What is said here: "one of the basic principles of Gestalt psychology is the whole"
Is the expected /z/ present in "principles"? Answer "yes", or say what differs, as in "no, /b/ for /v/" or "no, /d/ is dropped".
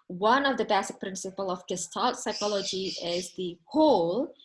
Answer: no, /z/ is dropped